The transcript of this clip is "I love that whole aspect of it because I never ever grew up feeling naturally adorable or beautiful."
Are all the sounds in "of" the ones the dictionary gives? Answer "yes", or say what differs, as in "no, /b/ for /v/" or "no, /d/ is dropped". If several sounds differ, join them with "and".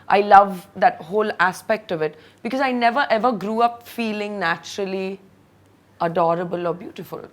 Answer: yes